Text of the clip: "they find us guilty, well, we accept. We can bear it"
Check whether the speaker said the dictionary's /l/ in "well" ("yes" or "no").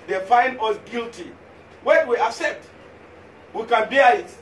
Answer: no